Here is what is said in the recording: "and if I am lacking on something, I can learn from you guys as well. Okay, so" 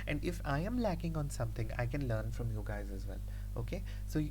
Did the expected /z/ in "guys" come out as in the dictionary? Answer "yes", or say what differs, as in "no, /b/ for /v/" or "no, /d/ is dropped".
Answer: yes